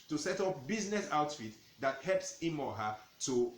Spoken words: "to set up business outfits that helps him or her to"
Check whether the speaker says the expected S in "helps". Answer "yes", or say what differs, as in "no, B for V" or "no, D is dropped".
yes